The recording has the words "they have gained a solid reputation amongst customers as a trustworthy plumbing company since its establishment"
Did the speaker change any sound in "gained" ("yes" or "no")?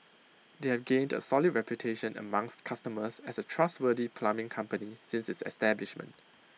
no